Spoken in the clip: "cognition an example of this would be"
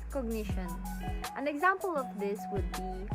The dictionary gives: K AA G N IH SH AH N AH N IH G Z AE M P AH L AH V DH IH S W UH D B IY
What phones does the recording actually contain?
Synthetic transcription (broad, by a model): K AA G N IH SH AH N AH N IH G Z AE M P AH L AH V DH IH S W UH D B IY